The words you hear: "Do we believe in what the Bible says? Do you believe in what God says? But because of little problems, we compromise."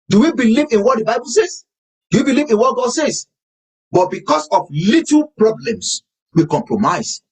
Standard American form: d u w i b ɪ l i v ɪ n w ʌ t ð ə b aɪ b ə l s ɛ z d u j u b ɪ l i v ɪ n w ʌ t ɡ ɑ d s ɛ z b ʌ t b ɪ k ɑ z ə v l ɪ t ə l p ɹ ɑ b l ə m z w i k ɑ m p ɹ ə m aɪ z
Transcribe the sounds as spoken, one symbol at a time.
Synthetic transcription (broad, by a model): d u w i b ɪ l i v ɪ n w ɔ t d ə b aɪ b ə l s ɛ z d u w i b ɪ l i v ɪ n w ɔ t ɡ ɑ d s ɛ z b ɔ t b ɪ k ɑ s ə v l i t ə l p ɹ ɑ b l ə m s w i k ɑ m p ɹ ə m aɪ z